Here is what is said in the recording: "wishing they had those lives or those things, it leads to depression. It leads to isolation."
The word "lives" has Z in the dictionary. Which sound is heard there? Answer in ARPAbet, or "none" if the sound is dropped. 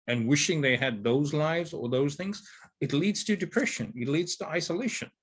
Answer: Z